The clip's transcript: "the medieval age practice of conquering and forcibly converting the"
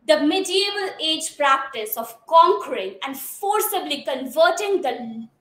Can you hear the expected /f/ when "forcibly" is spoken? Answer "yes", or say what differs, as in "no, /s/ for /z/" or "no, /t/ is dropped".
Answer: yes